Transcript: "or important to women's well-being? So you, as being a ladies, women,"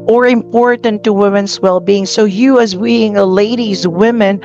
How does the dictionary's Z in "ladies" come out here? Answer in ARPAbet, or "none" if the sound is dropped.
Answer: Z